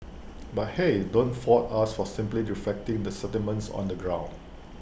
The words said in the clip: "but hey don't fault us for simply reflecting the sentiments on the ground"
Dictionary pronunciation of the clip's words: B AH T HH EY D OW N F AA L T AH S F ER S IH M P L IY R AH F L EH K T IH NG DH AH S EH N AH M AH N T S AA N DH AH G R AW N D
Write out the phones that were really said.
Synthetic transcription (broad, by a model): B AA T HH EY D OW N F AA T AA S F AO S IH M P L IY R AH F L EH K T IH NG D AH S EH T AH M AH N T S AA N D AH G R AW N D